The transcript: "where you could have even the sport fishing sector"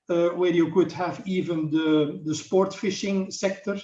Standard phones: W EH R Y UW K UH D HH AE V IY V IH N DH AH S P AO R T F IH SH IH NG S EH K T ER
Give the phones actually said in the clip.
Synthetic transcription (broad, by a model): W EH R Y UW K UH D HH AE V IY V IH N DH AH S P AO R T F IH SH IH NG S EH K T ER